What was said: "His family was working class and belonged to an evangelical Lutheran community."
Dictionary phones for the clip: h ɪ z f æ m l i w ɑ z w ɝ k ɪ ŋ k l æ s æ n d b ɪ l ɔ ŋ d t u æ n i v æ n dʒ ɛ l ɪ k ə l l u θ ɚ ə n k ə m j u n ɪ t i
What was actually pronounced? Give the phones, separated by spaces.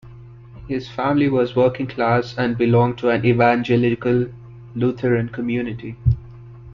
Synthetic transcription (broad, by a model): h ɪ z f æ m l i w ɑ z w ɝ k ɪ ŋ k l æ s æ n d b ɪ l ɔ ŋ d t u æ n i v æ n dʒ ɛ l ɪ k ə l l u t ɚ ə n k ə m j u n ɪ t i